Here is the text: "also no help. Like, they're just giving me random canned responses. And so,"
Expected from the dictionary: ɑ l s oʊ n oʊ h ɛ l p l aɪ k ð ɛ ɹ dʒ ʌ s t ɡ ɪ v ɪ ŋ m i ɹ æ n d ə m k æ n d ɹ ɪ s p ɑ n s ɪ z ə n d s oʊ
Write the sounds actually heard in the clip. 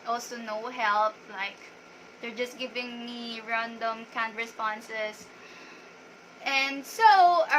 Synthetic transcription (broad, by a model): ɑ l s oʊ n oʊ h ɛ l p l aɪ k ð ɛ ɹ dʒ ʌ s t ɡ ɪ v ɪ ŋ m i ɹ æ n d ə m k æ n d ɹ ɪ s p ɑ n s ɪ s ə n d s oʊ